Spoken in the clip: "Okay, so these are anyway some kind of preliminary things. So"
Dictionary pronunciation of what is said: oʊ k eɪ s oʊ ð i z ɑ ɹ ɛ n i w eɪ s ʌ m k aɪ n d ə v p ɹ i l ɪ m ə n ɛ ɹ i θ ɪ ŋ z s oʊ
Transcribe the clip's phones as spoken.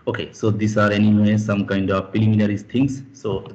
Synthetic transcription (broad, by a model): oʊ k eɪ s oʊ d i s ɑ ɹ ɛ n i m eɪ s ʌ m k aɪ n d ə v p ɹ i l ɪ m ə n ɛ ɹ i t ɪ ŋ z s oʊ